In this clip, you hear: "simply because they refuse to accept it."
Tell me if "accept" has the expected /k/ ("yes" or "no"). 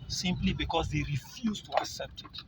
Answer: yes